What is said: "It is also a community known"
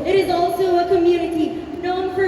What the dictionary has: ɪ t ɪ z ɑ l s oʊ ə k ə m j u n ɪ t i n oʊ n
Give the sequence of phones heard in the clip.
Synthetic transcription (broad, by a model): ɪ t ɪ z ɑ l s oʊ ə k ə m j u n ɪ t i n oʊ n